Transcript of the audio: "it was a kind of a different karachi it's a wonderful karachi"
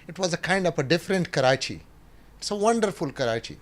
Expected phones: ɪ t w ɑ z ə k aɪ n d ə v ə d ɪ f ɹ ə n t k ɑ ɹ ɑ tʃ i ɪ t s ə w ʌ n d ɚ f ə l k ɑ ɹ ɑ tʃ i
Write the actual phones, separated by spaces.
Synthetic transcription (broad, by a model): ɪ t w ɑ z ə k aɪ n d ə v ə d ɪ f ɹ ə n t k ɑ ɹ ɑ tʃ i ɪ t s ə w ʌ n d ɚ f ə l k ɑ ɹ ɑ tʃ i